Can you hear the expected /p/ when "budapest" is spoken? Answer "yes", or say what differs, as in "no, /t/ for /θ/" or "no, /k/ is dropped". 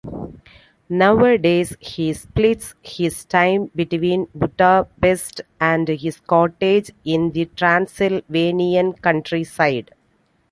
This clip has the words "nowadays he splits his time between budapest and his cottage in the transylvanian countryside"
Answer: no, /b/ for /p/